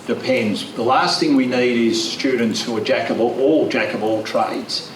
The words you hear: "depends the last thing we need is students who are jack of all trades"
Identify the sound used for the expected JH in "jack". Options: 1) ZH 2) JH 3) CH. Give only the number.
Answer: 2